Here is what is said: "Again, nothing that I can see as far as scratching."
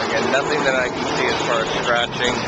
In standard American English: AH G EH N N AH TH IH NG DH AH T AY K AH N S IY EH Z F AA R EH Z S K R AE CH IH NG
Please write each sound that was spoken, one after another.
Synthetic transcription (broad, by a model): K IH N N AH TH IH NG DH AH T AY K N S IY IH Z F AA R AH S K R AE CH IH NG